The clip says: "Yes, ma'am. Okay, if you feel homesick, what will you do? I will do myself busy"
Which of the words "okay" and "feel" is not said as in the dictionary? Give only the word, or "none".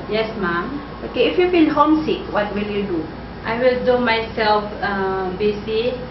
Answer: feel